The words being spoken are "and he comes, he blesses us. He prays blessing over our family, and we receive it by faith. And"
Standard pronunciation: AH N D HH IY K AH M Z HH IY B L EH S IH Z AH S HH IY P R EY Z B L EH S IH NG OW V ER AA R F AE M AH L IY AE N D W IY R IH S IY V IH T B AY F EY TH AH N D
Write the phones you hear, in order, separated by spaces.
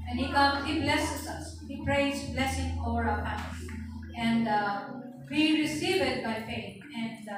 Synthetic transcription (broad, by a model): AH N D HH IY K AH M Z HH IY B L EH S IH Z AH S HH IY P R EY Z B L EH S IH NG OW V ER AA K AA AH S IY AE N D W IY R IH S IY V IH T B AY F EY T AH N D